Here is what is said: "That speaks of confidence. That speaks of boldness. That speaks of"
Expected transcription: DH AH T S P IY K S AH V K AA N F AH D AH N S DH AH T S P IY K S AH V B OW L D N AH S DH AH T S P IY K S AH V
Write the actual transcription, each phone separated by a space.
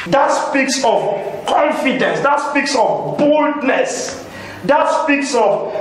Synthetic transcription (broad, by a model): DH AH T S P IY K S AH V K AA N F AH D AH N S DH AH T S P IY K S AH V B OW L D N AH S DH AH T S P IY K S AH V